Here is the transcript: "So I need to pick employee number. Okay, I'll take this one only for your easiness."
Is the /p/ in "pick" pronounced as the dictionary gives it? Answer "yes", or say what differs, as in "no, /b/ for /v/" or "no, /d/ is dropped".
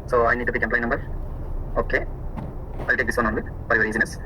no, /b/ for /p/